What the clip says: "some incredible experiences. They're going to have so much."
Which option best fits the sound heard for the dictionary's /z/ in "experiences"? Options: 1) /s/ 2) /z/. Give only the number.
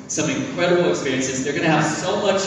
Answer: 2